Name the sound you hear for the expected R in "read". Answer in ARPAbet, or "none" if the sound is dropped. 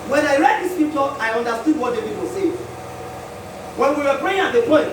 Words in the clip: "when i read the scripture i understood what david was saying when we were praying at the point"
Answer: R